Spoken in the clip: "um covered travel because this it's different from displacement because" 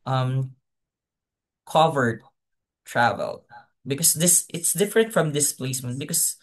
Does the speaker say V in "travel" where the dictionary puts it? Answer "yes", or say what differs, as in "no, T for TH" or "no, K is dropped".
yes